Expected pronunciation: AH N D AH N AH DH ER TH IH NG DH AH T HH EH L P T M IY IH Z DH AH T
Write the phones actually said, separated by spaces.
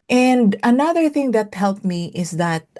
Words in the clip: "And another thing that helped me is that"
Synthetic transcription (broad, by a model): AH N D AH N AH DH ER TH IH NG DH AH T HH EH L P M IY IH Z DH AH T